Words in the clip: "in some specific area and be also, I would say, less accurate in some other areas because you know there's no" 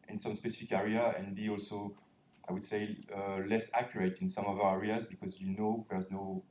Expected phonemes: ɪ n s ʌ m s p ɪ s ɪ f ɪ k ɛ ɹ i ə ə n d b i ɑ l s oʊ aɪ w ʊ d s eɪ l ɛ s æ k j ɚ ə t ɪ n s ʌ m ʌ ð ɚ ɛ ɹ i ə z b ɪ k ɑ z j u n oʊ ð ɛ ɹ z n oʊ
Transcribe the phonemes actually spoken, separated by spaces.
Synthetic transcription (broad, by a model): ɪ n s ʌ m s p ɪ s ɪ f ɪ k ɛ ɹ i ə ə n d b i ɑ l s oʊ aɪ w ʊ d s eɪ l ɛ s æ k j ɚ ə t ɪ n s ʌ m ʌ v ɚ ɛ ɹ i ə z b ɪ k ɑ z j u n oʊ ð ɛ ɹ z n oʊ